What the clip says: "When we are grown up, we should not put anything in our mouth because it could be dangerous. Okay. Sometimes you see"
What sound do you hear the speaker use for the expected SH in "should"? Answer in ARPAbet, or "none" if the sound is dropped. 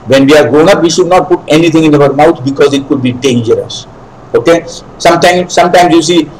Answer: SH